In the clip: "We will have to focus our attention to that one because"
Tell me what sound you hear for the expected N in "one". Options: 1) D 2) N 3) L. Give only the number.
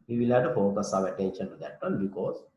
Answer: 3